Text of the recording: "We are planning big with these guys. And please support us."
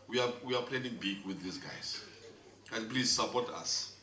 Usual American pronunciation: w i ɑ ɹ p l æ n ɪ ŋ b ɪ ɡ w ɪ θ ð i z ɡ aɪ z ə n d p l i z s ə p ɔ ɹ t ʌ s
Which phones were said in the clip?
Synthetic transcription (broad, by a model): w i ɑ w p l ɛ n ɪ ŋ b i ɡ w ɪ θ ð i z ɡ aɪ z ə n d p l i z s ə p ɔ t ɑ s